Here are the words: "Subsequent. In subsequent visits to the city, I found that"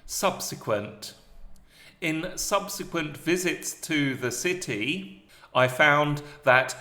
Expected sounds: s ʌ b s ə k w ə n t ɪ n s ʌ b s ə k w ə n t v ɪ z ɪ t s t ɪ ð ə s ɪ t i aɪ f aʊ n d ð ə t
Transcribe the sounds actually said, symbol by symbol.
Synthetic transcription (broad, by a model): s ʌ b s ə k w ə n t ɪ n s ʌ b s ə k w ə n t v ɪ z ɪ t s t ɪ ð ə s ɪ t i aɪ f aʊ n ð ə t